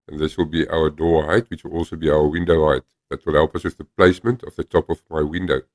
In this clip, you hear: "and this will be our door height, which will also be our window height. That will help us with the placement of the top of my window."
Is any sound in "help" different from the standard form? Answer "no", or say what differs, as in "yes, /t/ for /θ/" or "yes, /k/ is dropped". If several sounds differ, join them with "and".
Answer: no